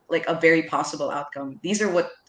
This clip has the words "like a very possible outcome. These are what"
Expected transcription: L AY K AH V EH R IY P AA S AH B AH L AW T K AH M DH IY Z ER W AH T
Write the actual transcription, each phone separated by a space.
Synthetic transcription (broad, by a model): L AY K AH V EH R IY P AA S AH B L AW T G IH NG DH IY Z ER W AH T